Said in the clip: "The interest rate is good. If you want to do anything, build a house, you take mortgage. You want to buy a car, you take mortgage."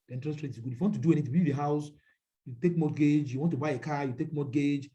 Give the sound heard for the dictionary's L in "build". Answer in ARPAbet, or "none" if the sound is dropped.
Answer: none